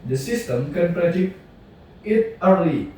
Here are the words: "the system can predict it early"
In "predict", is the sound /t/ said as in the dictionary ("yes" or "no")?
no